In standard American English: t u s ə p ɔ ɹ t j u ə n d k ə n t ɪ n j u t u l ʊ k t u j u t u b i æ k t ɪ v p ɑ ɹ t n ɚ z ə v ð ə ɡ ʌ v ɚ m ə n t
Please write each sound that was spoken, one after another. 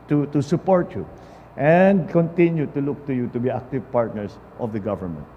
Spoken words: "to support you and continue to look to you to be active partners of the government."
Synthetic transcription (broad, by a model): t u s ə p ɔ ɹ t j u ə n d k ə n t ɪ n j u t u l ʊ k t u j u t u b i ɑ k t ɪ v p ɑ ɹ t n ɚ s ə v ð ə ɡ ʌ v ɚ m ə n t